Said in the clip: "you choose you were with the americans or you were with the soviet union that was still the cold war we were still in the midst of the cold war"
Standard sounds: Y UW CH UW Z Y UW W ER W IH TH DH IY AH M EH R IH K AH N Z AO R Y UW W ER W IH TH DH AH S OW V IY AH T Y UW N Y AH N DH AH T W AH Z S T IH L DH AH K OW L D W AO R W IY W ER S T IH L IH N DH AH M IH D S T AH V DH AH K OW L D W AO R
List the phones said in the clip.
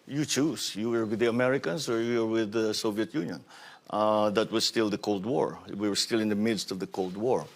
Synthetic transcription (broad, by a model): Y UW CH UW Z Y UW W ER W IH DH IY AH M EH R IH K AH N S AO R Y UW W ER W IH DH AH S OW V IY AH T Y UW N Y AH N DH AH T W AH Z S T IH L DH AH K OW L D W AO R W IY W ER S T IH L IH N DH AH M IH D S T AH V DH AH K OW L D W AO R